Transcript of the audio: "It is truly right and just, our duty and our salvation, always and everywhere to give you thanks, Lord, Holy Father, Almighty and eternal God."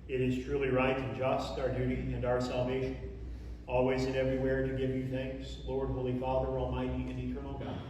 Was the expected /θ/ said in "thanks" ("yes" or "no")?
yes